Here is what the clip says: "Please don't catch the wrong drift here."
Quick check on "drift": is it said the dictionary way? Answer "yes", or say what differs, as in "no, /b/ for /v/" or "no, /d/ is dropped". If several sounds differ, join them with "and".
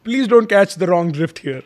yes